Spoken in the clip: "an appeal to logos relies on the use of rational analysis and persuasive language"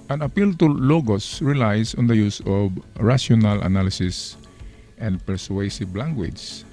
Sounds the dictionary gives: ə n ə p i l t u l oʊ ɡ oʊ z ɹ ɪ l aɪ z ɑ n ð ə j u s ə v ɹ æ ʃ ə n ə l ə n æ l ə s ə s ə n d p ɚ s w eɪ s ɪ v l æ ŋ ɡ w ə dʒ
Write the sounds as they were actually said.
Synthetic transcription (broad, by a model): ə n ə p i l t u l oʊ ɡ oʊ s ɹ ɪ l aɪ s ɑ n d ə j u s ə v ɹ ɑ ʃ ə n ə l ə n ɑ l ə s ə s ə n d p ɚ s w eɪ s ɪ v l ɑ ŋ ɡ w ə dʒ